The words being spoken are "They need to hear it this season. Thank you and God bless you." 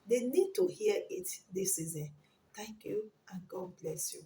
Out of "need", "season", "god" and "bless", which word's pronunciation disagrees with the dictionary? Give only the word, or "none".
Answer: none